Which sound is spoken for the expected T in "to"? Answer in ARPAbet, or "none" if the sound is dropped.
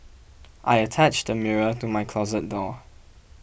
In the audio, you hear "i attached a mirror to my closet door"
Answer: T